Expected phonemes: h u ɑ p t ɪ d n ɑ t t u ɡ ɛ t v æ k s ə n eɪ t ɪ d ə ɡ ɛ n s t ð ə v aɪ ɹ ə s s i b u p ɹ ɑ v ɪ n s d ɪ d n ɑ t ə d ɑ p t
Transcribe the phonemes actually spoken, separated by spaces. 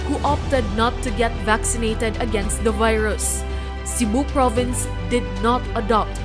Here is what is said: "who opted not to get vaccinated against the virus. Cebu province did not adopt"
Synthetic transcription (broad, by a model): h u ɑ p t ɪ d n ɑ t t u ɡ ɛ t v æ k s ə n eɪ t ɪ d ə ɡ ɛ n s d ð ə v aɪ ɹ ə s s i b u p ɹ ɑ v ɪ n s d ɪ d n ɑ t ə d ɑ p t